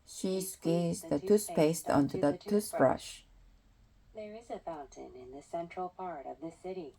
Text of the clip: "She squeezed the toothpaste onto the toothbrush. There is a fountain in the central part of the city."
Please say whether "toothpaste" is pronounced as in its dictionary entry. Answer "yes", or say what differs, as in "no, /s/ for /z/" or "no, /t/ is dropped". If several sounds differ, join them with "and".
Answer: no, /s/ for /θ/